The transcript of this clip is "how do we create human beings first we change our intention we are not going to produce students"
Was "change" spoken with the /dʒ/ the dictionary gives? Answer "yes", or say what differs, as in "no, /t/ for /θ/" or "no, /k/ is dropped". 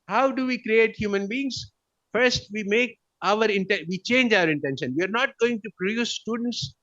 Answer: yes